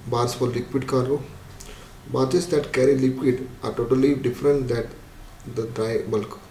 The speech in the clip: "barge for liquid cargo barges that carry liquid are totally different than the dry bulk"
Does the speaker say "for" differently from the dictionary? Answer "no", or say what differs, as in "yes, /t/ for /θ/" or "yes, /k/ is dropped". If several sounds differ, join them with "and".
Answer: yes, /l/ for /ɹ/